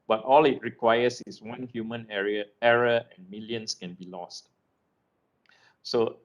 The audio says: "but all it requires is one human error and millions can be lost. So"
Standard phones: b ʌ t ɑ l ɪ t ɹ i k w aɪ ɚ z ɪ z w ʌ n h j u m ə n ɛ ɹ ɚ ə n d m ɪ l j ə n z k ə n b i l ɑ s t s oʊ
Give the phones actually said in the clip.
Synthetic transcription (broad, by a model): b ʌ t ɑ l ɪ t ɹ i k w aɪ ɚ s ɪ s w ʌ n h j u m ə n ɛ ɹ ɚ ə n m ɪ l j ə n s k ə n b i l ɑ s t s oʊ